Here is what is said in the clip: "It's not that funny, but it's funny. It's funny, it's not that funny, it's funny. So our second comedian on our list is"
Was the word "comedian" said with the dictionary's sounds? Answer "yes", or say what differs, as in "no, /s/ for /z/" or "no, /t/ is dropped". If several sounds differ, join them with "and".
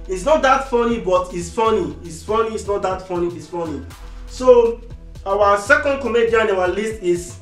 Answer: no, /n/ is dropped